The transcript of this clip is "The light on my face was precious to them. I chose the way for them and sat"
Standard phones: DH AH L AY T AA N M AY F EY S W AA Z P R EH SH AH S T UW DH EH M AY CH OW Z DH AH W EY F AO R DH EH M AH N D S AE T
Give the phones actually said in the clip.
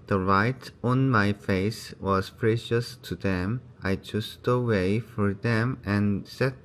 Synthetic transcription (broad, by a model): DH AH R AY T AA N M AY F EY S W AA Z P R EH SH AH S T UW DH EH M AY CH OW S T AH W EY F AO R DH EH M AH N S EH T